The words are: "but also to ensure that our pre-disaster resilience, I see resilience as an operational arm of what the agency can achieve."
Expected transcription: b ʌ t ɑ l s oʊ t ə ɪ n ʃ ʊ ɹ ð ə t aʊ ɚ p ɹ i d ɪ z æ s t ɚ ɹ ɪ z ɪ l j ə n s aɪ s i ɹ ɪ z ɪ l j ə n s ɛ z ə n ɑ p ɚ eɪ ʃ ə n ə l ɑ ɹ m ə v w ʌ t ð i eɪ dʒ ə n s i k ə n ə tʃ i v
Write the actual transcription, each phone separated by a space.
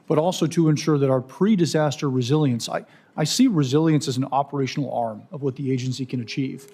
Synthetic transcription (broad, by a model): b ʌ t ɑ l s oʊ t ə ɪ n ʃ ʊ ɹ ð ə t aʊ ɚ p ɹ i d ɪ z æ s t ɚ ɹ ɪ z ɪ l j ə n s aɪ s i ɹ ɪ z ɪ l j ə n s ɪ z n ɑ p ɚ eɪ ʃ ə n l ɑ ɹ m ə v w ʌ t ð i eɪ dʒ ə n s i k ə n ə tʃ i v